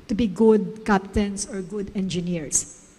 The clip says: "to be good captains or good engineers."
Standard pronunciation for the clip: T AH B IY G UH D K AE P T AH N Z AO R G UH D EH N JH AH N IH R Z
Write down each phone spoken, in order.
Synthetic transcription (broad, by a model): T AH B IY G UH D K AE P T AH N S AO R G UH D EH N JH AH N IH R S